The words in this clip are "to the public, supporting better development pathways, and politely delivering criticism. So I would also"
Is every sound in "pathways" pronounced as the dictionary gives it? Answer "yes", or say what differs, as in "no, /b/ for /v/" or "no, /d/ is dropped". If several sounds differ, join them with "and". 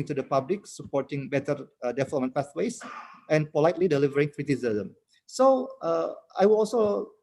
no, /s/ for /θ/